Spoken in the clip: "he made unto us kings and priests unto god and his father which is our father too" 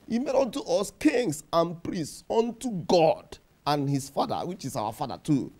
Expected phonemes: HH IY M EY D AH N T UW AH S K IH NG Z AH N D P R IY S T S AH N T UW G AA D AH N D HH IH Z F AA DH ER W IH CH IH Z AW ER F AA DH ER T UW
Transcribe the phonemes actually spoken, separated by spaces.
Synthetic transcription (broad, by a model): HH IY M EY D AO N T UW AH S K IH NG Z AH N P R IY S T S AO N T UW G AA D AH N HH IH S F AA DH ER W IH CH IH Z AW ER F AA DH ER T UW